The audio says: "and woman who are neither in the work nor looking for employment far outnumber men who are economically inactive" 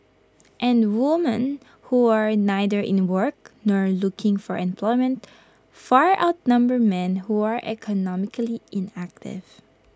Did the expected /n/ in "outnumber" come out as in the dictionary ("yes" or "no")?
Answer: yes